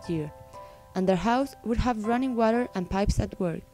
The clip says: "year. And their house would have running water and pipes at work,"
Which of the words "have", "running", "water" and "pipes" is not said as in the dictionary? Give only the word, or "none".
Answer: none